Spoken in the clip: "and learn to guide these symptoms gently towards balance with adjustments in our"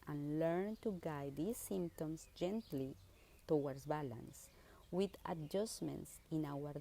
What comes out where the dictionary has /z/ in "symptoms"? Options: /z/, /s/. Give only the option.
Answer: /s/